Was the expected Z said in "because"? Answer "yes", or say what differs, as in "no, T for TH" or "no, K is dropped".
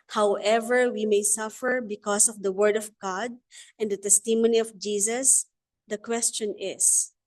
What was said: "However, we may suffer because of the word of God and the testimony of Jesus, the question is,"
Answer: no, S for Z